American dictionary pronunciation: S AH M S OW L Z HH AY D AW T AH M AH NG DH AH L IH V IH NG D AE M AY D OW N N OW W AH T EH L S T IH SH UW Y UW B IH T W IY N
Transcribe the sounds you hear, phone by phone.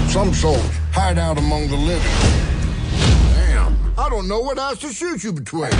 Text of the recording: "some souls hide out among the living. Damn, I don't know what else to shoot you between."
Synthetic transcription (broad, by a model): S AH M S OW L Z HH AY D AW T AH M AH NG DH AH L IH V IH NG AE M AY D OW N N OW W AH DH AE S T IH SH UW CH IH B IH T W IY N